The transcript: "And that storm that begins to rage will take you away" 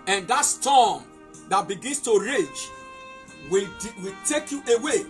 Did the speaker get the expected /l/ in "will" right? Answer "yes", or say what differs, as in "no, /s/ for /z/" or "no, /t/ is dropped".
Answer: no, /w/ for /l/